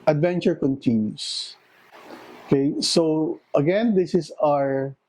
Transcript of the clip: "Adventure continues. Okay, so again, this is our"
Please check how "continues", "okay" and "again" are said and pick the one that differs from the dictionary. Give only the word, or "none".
continues